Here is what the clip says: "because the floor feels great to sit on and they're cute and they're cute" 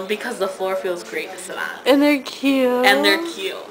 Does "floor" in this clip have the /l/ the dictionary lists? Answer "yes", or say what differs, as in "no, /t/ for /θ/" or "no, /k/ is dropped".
yes